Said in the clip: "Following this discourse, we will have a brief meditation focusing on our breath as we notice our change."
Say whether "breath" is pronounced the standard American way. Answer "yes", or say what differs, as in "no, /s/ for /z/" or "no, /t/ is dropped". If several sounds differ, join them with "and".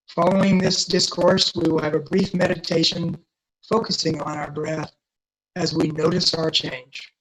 yes